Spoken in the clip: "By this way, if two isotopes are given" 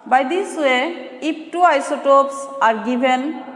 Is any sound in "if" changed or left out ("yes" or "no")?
yes